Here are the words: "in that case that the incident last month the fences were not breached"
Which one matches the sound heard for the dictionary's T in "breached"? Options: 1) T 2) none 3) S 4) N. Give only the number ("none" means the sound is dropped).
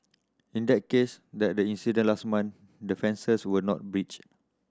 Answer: 2